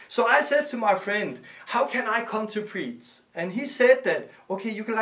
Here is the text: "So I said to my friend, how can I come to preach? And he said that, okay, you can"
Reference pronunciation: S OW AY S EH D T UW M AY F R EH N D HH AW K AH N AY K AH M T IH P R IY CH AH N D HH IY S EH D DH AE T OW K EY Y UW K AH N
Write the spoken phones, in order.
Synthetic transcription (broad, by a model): S OW AY S EH D T UW M AY F R EH N D HH AW K AH N AY K AH M T IH P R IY S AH N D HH IY S EH D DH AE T OW K EY Y UW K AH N